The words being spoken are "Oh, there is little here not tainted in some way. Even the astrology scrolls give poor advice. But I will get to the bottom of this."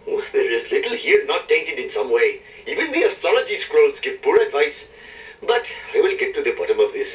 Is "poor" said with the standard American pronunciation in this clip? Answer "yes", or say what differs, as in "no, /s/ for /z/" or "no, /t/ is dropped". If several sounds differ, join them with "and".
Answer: yes